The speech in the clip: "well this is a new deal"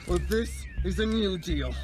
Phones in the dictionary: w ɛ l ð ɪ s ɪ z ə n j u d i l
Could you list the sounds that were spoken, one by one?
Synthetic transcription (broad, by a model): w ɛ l ð ɪ s ɪ z ə n j u d i l